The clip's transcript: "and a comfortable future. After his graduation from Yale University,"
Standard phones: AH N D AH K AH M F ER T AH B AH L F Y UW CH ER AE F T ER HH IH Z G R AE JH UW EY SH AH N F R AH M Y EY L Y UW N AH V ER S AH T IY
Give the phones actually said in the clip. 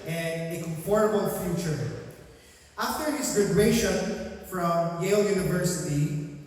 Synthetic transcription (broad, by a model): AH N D AH K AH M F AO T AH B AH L F Y UW CH ER AE F T ER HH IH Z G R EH UW SH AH N F R AH M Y EY L Y UW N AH V ER S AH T IY